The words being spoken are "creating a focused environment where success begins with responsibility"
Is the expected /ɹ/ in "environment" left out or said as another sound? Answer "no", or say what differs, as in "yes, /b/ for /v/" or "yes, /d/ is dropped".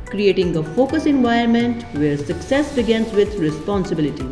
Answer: yes, /ɹ/ is dropped